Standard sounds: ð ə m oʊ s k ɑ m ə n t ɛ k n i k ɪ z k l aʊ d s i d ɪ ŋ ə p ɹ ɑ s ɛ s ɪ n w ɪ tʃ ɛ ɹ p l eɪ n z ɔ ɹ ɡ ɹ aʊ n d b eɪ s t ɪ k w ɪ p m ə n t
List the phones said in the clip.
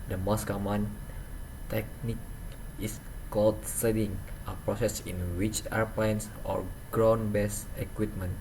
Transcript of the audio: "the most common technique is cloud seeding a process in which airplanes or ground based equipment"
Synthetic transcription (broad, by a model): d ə m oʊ s k ɑ m ə n t ɛ k n i k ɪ s k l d s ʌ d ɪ ŋ ə p ɹ ɑ s ɛ s ɪ n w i tʃ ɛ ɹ p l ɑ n s ɔ ɹ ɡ ɹ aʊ n b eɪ s ɪ k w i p m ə n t